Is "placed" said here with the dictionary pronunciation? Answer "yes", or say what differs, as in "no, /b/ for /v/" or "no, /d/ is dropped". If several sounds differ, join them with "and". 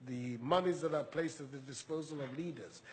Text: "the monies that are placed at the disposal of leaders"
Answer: yes